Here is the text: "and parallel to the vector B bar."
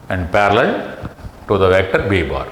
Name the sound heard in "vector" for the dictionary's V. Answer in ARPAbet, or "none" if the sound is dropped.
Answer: V